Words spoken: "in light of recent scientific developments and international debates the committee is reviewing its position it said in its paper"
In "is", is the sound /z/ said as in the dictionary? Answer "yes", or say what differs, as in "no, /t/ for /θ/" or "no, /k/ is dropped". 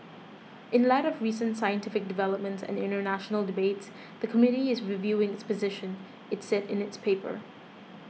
yes